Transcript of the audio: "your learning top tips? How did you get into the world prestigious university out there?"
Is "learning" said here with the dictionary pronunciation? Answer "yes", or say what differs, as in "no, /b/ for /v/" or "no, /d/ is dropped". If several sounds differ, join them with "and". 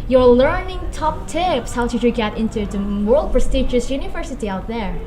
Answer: yes